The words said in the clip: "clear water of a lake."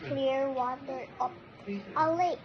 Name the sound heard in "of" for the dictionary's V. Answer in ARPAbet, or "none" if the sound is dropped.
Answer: P